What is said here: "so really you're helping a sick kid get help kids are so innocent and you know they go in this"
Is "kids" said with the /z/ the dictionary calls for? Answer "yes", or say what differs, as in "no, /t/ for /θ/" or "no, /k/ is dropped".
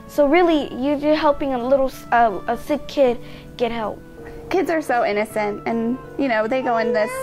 yes